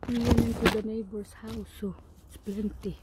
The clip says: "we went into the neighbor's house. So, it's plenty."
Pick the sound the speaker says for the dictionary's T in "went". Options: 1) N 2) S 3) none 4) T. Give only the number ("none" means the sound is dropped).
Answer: 3